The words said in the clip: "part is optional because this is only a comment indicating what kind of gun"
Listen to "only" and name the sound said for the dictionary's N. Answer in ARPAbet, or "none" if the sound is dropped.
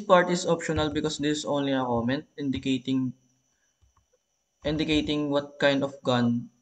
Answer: N